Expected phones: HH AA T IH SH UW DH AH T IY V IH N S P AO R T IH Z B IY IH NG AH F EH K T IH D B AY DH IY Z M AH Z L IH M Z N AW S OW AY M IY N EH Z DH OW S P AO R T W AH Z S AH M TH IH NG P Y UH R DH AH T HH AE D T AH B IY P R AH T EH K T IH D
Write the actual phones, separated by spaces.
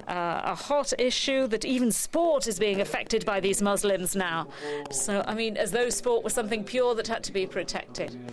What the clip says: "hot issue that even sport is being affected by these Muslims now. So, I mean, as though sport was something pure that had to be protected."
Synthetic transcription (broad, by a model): HH AA T IH SH UW DH AH T IY V IH N S P AO R T IH Z B IY IH NG AH F EH K T IH D B AY DH IY Z M AH Z L IH M Z N AW S OW AY M IY N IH Z DH OW S P AO R T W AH S AH M TH IH NG P Y UH R DH AH T HH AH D T AH B IY P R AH T EH K T IH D